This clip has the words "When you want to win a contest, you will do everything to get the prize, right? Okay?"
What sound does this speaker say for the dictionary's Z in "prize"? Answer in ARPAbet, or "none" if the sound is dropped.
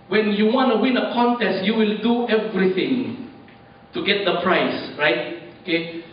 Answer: S